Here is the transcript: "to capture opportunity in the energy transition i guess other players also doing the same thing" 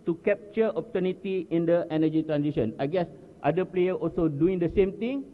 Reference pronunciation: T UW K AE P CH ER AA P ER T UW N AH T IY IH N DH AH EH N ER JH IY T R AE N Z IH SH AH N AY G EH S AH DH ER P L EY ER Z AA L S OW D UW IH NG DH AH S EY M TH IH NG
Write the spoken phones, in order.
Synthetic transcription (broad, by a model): T UW K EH P CH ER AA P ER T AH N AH T IY IH N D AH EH N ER JH IY T R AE N S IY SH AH N AY G EH S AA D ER P L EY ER AA L S OW D UW IH NG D AH S EY M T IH NG